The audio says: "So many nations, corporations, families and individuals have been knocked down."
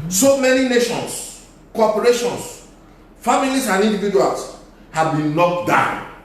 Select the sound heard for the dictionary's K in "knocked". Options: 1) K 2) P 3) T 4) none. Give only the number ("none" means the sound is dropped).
4